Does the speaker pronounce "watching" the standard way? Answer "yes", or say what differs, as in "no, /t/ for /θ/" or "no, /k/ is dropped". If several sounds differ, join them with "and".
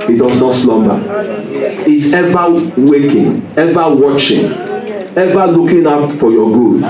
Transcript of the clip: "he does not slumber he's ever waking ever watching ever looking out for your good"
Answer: yes